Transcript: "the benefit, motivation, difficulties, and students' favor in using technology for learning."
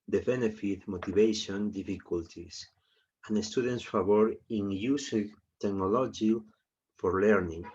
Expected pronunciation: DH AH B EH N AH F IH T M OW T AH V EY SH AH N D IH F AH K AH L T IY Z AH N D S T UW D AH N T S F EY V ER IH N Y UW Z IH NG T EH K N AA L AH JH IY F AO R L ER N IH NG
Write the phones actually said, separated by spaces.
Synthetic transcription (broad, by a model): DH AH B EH N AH F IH T M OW T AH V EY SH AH N D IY F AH K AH L T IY S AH N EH S T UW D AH N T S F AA B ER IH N Y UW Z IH T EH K N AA L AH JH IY F AO R L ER N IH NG